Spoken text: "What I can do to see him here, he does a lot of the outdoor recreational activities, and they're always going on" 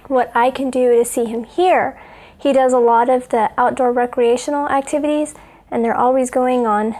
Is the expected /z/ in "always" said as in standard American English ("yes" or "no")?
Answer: yes